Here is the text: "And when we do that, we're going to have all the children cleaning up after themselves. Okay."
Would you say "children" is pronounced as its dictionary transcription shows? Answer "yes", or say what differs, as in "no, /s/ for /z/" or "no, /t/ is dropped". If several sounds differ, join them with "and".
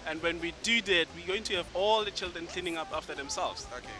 yes